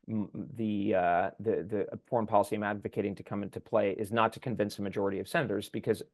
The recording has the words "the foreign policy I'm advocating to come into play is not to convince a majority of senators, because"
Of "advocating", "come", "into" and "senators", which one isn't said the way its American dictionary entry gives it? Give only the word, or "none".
none